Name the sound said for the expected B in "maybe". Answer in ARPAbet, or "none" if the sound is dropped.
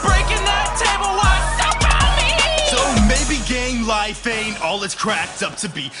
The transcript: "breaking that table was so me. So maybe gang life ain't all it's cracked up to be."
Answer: B